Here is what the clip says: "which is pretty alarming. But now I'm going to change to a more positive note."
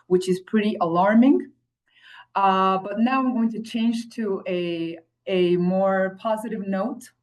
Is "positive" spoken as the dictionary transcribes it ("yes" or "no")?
yes